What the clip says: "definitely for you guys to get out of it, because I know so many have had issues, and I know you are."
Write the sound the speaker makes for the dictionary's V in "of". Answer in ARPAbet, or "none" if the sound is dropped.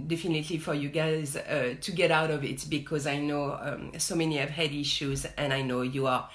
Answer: V